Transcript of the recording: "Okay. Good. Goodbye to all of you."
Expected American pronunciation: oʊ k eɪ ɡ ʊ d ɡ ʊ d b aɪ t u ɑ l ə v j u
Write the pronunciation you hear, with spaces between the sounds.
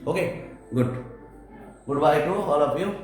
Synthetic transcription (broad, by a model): oʊ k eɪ ɡ ʊ d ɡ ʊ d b aɪ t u ɑ l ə p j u